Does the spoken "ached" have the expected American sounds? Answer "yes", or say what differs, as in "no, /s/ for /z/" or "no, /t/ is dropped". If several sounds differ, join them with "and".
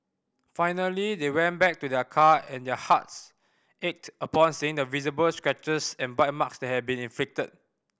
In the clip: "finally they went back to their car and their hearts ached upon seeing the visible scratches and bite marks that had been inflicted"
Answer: yes